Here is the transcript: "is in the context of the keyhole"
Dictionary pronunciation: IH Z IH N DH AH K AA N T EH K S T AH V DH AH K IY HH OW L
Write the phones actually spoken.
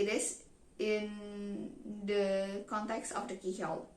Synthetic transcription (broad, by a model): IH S IH N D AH K AA N T EH K S T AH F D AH K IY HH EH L